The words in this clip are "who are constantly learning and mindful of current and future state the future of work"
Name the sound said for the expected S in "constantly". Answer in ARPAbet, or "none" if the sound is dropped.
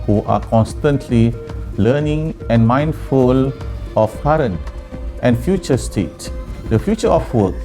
S